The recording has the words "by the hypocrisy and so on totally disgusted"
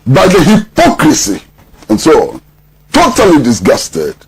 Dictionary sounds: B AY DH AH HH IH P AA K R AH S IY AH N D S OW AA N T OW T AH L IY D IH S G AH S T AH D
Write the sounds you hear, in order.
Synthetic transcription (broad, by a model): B AY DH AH HH IH P AA K R AH S IY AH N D S OW AA N T OW T AH L IY D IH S G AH S T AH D